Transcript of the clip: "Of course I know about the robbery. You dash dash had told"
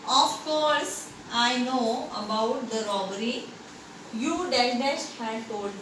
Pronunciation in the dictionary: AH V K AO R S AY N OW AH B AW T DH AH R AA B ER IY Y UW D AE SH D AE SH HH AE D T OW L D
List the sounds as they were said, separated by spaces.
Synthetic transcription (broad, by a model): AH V K AO R S AY N OW AH B AW T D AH R AA B ER IY Y UW D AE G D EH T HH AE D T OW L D